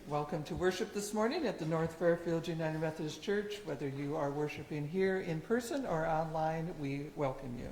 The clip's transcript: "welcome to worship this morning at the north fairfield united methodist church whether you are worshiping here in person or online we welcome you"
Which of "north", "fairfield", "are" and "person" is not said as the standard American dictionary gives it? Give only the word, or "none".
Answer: none